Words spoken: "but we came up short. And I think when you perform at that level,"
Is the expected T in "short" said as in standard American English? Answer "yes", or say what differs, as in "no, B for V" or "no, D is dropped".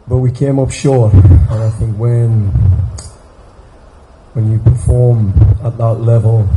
no, T is dropped